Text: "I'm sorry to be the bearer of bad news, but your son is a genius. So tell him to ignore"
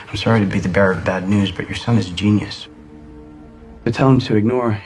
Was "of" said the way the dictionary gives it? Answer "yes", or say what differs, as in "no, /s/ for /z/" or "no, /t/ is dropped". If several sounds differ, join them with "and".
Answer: yes